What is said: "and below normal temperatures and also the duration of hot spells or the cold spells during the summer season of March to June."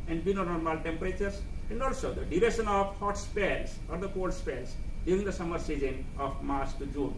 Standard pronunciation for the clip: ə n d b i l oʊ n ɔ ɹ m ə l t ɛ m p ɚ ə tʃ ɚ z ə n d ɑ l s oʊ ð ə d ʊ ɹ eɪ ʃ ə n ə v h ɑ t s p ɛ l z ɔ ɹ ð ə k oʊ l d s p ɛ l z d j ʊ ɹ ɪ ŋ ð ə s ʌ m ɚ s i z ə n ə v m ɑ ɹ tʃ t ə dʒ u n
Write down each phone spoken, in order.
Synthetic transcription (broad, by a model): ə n d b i n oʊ n ɔ ɹ m ə l t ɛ m p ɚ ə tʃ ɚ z ə n d ɑ l s oʊ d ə d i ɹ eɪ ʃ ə n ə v h ɑ t s p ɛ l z ɔ ɹ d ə k oʊ l d s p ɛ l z d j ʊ ɹ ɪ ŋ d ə s ʌ m ɚ s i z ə n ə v m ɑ ɹ s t dʒ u n